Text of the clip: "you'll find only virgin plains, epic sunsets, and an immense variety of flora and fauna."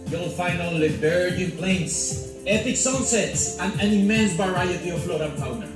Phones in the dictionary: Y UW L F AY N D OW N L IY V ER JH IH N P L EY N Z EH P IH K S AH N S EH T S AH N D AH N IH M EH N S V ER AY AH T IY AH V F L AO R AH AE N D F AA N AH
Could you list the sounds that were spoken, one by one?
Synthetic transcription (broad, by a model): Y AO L F AY N OW L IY B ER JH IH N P L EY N S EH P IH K S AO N S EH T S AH N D AH N IH M EH N S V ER AY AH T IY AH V F L AO R AH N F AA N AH